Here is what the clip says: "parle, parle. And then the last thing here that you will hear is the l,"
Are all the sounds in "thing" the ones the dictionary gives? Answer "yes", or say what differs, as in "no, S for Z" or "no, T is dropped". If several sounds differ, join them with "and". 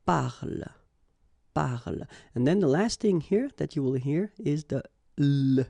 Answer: yes